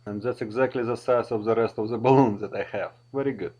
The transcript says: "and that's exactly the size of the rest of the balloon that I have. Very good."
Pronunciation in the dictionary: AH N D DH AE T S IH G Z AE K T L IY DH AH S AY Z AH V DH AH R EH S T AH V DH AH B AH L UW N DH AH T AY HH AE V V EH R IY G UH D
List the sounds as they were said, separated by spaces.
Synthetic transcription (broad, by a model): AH N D DH AE T S IH G Z AE K T L IY DH AH S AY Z AH V DH AH R EH S T AH V DH AH B AH L UW N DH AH T AY HH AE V V EH R IY G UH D